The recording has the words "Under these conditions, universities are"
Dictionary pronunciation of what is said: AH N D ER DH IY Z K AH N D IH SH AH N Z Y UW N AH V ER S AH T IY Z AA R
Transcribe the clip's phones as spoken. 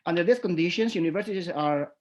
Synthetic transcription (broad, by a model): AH N D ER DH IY S K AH N D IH SH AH N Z Y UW N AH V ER S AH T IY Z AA R